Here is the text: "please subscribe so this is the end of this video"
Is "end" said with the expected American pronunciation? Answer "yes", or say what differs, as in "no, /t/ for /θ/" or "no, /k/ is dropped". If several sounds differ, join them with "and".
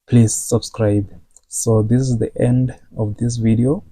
yes